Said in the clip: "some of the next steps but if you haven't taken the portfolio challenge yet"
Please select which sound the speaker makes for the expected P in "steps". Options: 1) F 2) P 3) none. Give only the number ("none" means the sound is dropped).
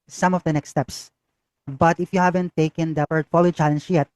2